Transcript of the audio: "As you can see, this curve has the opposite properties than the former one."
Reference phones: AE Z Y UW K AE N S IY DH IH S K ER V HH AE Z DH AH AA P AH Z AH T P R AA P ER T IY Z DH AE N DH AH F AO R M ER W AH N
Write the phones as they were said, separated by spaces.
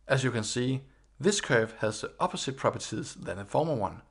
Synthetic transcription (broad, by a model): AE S Y UW K AE N S IY DH IH S K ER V HH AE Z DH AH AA P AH S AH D P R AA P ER S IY S DH AE N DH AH F AO M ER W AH N